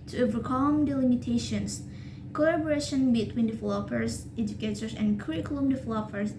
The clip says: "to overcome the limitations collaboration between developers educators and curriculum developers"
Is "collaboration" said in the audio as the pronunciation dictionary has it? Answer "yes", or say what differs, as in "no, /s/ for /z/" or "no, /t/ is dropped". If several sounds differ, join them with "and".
no, /l/ is dropped